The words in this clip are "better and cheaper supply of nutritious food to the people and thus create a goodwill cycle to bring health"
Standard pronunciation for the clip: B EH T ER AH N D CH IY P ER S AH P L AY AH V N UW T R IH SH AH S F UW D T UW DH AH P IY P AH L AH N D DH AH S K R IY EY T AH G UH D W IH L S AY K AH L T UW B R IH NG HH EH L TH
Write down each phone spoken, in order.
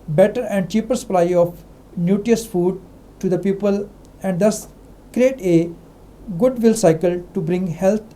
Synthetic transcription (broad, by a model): B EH T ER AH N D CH IY P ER S AH P L AY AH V N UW T IY AH S F UW D T UW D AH P IY P AH L AH N D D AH S K R IY EY T AH G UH D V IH L S AY K AH L T UW B R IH NG HH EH L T